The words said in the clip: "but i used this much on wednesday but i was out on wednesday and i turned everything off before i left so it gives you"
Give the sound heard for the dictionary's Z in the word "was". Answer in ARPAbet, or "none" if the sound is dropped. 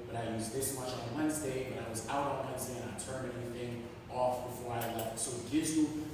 Z